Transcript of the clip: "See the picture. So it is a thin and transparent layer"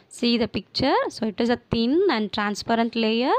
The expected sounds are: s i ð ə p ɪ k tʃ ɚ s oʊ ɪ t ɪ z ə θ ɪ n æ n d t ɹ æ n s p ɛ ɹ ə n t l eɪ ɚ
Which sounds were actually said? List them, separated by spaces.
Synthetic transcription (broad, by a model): s i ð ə p ɪ k tʃ ɚ s oʊ ɪ t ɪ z ə t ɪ n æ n d t ɹ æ n s p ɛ ɹ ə n t l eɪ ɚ